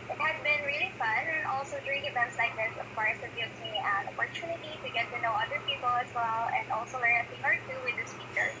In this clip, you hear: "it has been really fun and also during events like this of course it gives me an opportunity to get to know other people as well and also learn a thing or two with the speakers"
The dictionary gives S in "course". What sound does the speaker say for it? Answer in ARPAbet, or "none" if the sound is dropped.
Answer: none